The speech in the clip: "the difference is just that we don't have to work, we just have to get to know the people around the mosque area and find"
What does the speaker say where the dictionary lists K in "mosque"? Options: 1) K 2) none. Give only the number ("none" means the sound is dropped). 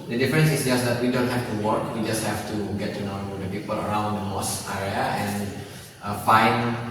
2